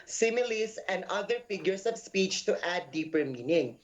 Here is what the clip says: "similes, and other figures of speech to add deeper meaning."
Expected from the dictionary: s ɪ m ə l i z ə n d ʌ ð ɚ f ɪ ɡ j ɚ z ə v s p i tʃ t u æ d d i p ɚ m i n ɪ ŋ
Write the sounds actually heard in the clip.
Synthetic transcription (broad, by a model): s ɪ m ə l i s ə n d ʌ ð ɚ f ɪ ɡ j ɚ s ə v s p i tʃ t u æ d d i p ɚ m i n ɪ ŋ